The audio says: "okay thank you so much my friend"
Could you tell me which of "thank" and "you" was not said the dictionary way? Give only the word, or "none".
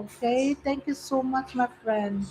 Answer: thank